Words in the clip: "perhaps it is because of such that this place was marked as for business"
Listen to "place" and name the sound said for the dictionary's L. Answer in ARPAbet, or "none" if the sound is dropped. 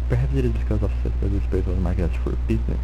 none